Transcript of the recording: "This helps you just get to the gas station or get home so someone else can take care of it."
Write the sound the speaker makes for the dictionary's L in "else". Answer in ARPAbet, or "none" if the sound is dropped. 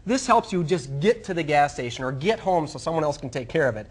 L